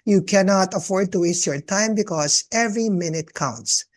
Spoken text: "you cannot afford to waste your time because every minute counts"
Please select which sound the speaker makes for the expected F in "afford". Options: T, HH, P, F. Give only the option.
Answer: F